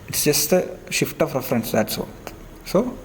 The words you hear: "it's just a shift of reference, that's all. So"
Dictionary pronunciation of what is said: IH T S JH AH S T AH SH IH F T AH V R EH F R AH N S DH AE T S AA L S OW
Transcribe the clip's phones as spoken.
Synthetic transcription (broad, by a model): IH T S JH AH S T AH SH IH F T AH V R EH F R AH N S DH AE T S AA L S OW